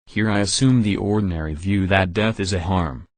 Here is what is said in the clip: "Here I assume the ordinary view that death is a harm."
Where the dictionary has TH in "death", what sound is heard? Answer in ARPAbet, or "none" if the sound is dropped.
TH